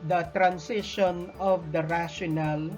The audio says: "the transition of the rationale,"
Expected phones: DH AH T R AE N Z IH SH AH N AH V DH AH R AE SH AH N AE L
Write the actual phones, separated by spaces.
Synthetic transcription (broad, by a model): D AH T R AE N S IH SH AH N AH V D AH R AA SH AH N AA L